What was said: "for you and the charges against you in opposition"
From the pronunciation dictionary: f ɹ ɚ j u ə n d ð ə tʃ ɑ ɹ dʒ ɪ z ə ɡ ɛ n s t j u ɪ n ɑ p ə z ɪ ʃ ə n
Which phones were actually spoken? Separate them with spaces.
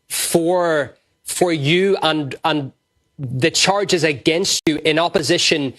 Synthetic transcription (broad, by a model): f ɹ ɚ j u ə n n ð ə tʃ ɑ ɹ dʒ ɪ z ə ɡ ɛ n s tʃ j ɪ n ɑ p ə z ɪ ʃ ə n